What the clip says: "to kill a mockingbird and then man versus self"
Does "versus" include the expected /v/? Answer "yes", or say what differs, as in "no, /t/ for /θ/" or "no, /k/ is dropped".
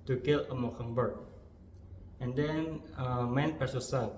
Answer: no, /p/ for /v/